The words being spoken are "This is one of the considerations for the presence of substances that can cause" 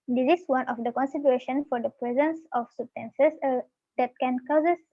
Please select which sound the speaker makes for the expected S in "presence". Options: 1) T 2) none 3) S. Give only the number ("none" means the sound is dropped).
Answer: 3